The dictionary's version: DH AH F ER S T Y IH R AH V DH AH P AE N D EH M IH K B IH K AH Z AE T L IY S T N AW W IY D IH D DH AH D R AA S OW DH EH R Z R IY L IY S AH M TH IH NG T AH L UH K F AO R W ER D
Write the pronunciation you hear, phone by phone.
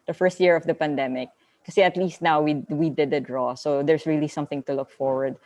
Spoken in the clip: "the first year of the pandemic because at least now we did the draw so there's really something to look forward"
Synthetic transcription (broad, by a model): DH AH F ER S T Y IH R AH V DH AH P AE N D EH M IH K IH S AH AH T L IY S T N AW W IY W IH D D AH D R AA S OW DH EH R S R IY L IY S AH M TH IH NG T AH L UH K F AO R W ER D